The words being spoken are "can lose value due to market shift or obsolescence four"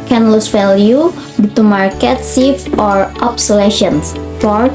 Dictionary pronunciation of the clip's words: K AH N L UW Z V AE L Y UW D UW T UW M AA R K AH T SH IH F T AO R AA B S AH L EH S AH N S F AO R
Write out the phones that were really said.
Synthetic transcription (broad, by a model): K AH N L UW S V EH L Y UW D UW T UW M AA R K AH T S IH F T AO R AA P S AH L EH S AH N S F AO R